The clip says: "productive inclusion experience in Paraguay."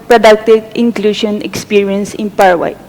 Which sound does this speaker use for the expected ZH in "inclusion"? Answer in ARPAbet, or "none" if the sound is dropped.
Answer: SH